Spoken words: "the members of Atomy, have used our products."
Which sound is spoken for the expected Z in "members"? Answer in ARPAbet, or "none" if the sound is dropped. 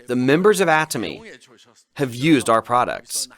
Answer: Z